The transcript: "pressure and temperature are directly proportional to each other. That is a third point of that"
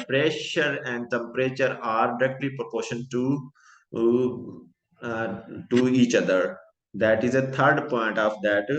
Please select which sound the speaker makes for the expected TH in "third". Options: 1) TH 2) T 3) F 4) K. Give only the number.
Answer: 2